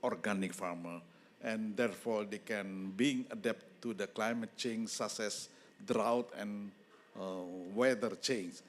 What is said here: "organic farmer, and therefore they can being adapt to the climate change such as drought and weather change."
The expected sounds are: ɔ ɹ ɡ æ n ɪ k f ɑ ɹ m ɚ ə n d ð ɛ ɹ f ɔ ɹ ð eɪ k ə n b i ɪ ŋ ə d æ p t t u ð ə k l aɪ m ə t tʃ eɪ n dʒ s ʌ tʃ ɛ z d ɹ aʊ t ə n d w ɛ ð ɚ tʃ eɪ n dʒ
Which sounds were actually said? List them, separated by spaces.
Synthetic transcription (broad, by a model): ɔ ɹ ɡ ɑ n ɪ k f ɑ ɹ m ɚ ə n d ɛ ɹ f ɔ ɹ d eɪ k ə n b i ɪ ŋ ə d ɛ p t t u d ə k l aɪ m ə t tʃ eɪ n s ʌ s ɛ s d ɹ aʊ t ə n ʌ w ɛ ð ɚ tʃ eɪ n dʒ